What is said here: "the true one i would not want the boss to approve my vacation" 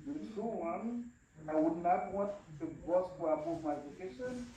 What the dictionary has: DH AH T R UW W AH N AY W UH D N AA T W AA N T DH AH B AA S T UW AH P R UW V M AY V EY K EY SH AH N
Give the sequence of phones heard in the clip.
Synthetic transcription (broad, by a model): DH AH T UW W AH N AY W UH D N AA T W AA N T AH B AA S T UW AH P UW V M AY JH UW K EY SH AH N